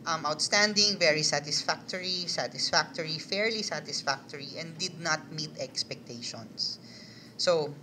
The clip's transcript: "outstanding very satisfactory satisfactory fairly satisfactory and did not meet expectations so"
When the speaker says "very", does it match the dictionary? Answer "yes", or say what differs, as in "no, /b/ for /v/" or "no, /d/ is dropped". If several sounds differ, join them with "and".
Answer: yes